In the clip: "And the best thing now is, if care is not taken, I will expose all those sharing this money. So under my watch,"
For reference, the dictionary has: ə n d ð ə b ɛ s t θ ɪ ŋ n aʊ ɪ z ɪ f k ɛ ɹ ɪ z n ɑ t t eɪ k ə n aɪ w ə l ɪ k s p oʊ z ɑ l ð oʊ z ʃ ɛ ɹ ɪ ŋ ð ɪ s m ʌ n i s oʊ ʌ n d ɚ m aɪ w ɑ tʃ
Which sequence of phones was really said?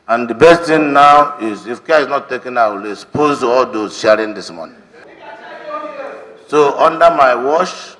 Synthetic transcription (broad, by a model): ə n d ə b ɛ s t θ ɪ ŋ n aʊ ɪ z ɪ f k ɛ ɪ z n ɑ t t eɪ k ə n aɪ w ə l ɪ s p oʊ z ɑ l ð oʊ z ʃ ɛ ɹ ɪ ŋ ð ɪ s m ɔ n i s oʊ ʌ n d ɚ m aɪ w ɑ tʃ